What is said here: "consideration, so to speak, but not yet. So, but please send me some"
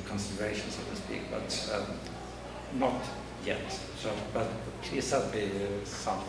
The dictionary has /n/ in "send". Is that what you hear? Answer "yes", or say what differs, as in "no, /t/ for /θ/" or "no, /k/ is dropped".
no, /n/ is dropped